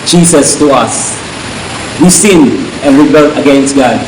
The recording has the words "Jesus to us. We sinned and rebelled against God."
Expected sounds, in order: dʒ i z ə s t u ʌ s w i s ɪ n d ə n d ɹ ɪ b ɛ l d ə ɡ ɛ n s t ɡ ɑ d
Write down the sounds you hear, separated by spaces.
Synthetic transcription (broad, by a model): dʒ i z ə s t u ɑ s w i s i n ə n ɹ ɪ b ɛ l ə ɡ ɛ n s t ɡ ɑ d